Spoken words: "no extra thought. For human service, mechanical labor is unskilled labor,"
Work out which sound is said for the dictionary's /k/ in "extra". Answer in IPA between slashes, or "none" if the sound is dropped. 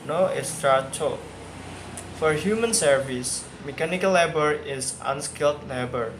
none